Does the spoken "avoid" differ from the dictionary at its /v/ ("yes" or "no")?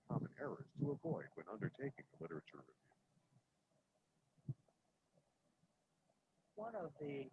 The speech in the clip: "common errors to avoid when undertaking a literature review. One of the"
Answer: no